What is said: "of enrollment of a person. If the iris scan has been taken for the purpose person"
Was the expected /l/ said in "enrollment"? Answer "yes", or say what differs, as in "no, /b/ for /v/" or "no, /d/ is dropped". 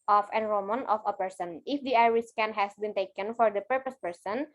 no, /l/ is dropped